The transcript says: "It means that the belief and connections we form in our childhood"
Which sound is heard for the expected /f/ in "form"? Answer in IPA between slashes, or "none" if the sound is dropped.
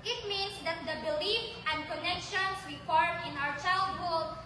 /p/